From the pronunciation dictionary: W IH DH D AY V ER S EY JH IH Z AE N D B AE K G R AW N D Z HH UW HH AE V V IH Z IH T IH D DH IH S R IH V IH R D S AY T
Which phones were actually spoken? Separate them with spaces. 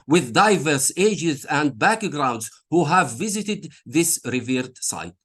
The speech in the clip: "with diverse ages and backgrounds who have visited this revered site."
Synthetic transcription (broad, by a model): W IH DH D AY V ER S EY JH IH Z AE N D B AE K G R AW N D Z HH UW HH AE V V IH Z IH T IH D DH IH S R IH V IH R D S AY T